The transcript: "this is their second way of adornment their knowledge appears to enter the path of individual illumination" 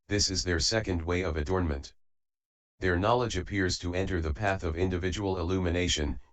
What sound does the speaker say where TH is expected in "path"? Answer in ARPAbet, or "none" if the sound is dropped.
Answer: TH